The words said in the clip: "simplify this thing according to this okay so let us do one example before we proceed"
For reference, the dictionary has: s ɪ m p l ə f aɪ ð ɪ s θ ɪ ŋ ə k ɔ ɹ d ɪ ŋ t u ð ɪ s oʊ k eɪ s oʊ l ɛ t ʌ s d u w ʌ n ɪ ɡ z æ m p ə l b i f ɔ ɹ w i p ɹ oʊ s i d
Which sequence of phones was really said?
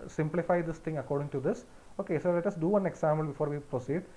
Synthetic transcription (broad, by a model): s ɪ m p l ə f aɪ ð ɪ s t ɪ ŋ ə k ɔ ɹ d ɪ ŋ t u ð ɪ s oʊ k eɪ s oʊ l ɛ t ʌ s d u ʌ n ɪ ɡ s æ m ə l b i f ɔ ɹ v i p ɹ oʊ s i d